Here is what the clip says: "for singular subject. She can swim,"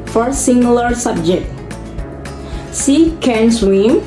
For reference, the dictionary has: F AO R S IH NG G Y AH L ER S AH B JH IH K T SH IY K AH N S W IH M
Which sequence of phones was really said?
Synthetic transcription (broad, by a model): F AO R S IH NG G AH L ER S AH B JH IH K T S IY K AH N S W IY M